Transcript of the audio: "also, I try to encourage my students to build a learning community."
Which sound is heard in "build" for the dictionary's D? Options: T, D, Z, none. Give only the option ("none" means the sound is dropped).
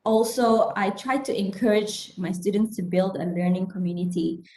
D